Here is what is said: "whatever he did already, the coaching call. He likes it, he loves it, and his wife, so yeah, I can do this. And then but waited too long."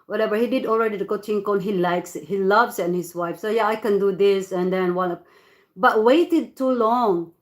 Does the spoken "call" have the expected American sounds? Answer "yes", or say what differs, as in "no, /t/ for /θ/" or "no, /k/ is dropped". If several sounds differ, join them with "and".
no, /n/ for /l/